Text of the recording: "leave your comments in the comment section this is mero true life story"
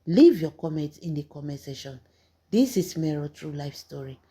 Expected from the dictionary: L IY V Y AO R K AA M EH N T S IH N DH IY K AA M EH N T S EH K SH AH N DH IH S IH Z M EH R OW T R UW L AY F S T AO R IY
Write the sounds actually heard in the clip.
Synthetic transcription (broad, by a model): L IY V Y AO K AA M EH N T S IH N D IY K AA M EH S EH SH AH N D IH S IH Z M EH R OW T R UW L AY F S T AO R IY